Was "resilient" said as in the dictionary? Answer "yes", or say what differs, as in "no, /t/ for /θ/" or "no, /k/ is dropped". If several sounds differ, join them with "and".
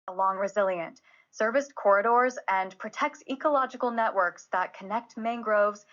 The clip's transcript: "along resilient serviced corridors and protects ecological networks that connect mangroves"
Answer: yes